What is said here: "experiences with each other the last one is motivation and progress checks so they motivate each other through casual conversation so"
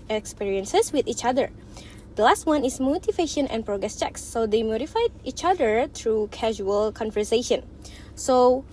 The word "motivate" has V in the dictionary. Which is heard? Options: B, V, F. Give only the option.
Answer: F